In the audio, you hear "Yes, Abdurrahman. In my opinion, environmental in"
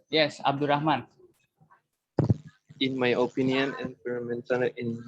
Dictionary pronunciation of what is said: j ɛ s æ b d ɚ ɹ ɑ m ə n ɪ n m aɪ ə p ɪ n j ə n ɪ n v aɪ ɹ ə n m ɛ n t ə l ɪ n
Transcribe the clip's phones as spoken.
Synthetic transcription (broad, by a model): j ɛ s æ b d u ɹ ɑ m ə n ɪ n m aɪ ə p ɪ n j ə n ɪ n f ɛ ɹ m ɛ n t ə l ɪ n